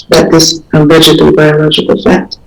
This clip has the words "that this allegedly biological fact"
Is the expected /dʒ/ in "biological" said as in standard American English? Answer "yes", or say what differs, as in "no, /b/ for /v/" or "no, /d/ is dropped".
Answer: yes